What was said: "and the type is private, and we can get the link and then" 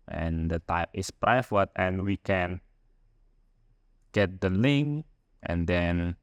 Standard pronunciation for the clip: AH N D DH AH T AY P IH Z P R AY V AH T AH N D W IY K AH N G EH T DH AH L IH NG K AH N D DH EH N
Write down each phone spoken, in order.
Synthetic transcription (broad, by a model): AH N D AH T AY P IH S P R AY F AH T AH N W IY K AH N G EH T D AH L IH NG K AH N D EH N